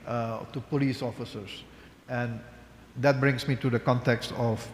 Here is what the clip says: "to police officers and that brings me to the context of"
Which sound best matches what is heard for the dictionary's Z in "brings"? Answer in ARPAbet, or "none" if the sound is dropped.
S